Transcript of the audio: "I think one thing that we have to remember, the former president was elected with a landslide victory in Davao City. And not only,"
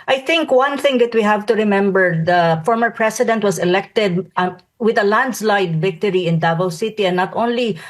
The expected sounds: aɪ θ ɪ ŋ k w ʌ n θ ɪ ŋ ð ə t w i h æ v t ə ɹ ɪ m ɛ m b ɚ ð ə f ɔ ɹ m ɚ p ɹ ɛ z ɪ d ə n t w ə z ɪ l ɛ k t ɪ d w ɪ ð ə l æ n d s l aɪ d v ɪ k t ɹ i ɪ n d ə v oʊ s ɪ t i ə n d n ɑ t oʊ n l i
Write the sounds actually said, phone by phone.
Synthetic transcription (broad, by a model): aɪ θ ɪ ŋ k w ʌ n θ ɪ ŋ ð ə t w i h æ v t ə ɹ ɪ m ɛ m b ɚ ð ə f ɔ ɹ m ɚ p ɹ ɛ s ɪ d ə n t w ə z ɪ l ɛ k t ɪ d w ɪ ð ə l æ n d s l aɪ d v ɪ k t ɹ i ɪ n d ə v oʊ s ɪ t i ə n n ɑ t oʊ n l i